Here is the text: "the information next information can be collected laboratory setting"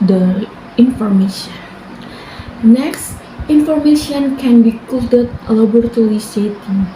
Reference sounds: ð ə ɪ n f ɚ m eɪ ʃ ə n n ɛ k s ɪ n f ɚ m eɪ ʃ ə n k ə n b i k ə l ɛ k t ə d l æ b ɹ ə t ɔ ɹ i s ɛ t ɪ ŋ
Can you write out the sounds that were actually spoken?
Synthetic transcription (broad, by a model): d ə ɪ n f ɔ m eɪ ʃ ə n n ɛ k s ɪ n f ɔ m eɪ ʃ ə n k ə n b i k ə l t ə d l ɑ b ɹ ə t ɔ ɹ i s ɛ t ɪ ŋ